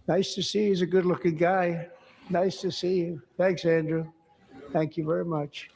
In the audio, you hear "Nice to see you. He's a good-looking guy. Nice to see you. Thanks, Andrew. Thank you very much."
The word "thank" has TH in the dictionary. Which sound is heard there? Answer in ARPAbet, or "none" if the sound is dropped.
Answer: TH